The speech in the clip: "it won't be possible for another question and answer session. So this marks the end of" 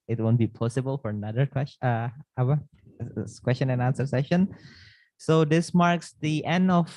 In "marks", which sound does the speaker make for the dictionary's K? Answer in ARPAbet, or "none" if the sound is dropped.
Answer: K